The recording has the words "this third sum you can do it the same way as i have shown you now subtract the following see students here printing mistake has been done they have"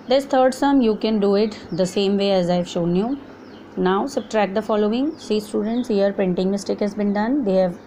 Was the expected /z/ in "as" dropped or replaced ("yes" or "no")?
no